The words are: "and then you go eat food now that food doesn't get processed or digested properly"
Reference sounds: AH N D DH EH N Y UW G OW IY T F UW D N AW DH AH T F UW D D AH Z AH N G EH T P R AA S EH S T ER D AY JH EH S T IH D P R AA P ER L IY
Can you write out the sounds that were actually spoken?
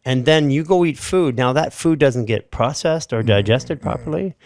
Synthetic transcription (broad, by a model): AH N DH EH N Y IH G OW IY T F UW D N AW DH AH T F UW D D AH Z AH N G EH T P R AA S EH S T ER D AY JH EH S T IH D P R AA P ER L IY